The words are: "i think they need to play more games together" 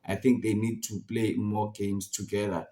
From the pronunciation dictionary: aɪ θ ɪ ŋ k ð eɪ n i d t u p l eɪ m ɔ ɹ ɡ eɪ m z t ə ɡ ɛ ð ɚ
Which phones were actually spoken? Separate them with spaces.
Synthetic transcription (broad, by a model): aɪ θ ɪ ŋ k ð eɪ n i d t u p l eɪ m ɔ ɡ eɪ m s t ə ɡ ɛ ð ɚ